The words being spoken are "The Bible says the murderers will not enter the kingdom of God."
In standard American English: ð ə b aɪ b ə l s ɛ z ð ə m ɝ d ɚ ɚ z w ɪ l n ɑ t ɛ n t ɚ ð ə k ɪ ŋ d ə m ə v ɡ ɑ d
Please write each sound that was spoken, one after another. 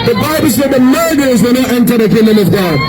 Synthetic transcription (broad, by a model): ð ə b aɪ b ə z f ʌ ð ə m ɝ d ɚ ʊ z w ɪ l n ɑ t ɛ n t ɚ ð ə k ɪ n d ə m ə v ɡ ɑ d